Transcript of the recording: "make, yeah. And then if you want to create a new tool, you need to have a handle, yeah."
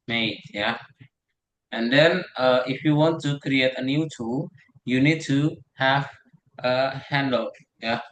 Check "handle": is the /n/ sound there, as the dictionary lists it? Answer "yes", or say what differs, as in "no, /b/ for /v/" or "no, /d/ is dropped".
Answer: yes